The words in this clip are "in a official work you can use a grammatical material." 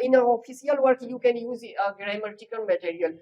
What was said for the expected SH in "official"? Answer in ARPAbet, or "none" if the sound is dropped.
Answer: S